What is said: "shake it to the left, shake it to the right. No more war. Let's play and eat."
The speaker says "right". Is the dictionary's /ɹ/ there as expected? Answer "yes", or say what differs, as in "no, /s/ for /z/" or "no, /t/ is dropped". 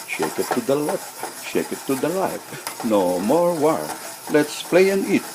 no, /l/ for /ɹ/